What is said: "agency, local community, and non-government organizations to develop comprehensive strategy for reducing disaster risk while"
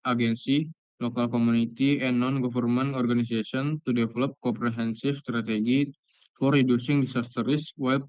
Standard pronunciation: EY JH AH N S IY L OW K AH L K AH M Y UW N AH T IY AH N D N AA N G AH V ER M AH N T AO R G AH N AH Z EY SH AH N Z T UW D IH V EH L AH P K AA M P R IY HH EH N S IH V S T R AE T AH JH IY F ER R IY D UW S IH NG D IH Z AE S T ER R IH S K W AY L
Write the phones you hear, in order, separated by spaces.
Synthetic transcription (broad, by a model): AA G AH N S IY L OW K AH L K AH M UW N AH T IY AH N N AA N G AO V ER M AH N AO R G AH N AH S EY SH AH N T UW D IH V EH L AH P K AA M P R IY HH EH N S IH F S T R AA T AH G IY F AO R IY D UW S IH NG D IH S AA S T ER R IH S W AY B